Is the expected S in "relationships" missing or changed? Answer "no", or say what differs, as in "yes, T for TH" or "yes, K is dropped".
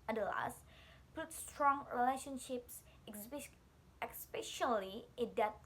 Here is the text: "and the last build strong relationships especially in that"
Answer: no